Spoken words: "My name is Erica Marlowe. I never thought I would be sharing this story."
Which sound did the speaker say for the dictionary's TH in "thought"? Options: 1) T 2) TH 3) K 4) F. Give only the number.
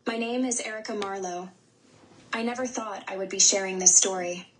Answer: 2